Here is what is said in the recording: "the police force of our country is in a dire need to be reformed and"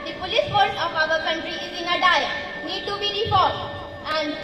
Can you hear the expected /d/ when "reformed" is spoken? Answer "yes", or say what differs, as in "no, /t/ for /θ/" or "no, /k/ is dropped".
no, /d/ is dropped